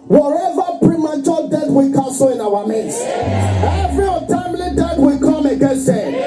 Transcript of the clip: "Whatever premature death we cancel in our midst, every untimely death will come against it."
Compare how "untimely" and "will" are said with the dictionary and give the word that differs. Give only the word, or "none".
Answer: untimely